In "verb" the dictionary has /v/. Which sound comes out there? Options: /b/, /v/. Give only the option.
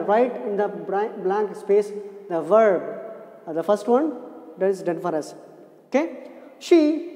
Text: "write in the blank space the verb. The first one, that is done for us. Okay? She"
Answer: /v/